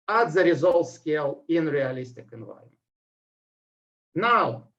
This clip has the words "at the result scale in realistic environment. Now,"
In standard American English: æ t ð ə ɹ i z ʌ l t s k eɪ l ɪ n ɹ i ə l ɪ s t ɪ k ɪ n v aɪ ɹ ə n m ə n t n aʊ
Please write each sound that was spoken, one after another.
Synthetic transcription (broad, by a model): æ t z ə ɹ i z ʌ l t s k eɪ l ɪ n ɹ i ə l ɪ s t ɪ k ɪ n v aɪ ə m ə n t n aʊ